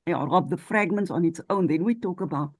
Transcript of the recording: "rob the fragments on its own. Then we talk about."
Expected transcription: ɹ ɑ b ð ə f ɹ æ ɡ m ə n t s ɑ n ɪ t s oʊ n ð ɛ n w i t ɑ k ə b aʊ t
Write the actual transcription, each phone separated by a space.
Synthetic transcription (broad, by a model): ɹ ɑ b ð ə f ɹ æ ɡ m ə n t s ɑ n ɪ t s oʊ n ð ɛ n w i t ɑ k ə b aʊ t